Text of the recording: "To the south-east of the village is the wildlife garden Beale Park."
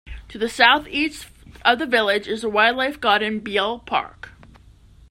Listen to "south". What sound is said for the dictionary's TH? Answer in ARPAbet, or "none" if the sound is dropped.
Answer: TH